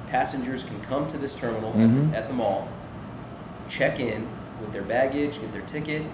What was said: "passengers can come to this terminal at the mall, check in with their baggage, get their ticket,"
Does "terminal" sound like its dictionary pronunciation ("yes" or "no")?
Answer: no